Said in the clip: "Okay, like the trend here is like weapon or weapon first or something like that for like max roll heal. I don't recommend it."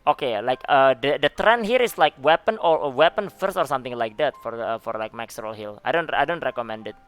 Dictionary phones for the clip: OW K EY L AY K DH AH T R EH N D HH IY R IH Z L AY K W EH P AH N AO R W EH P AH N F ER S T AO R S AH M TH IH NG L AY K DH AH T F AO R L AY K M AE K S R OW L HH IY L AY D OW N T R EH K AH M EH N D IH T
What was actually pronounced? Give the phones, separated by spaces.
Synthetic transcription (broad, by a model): OW K EY L AY K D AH T R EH N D HH IY R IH S L AY K W EH P AH N AO R W EH P AH N F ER S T AO R S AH M T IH NG L AY K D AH T F AO R L AY K M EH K S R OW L HH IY L AY D OW N T R EH K AH M EH N D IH T